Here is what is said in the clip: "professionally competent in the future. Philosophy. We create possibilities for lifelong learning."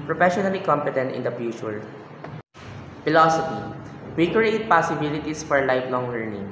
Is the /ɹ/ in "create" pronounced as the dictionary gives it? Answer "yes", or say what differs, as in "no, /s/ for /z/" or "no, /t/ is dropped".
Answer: yes